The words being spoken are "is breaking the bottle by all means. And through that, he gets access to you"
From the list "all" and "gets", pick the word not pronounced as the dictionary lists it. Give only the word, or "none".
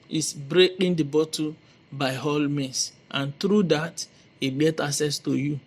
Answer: gets